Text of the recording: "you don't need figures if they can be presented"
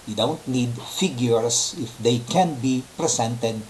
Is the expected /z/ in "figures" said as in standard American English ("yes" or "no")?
no